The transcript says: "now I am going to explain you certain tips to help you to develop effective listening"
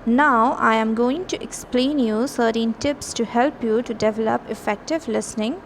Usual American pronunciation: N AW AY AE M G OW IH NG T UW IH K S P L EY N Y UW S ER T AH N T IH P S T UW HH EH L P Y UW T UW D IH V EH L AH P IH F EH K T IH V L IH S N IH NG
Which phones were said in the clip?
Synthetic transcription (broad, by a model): N AW AY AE M G OW IH NG T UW IH K S P L EY N Y UW S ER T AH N T IH P S T UW HH EH L P Y UW T UW D IH V EH L AH P IH F EH K T IH V L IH S N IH NG